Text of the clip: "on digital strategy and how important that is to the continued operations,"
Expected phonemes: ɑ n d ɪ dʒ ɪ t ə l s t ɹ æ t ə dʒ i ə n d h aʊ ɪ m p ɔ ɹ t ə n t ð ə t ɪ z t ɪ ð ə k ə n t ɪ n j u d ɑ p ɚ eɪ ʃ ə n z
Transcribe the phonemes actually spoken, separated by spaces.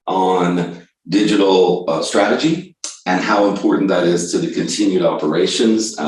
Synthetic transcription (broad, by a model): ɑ n d ɪ dʒ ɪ t l s t ɹ æ t ə dʒ i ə n h aʊ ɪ m p ɔ ɹ t n ð ə t ɪ z t ɪ ð ə k ə n t ɪ n j u d ɑ p ɚ eɪ ʃ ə n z